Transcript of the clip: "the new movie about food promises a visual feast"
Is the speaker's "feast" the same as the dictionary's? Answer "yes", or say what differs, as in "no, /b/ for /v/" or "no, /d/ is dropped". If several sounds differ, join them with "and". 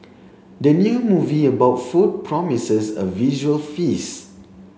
no, /t/ is dropped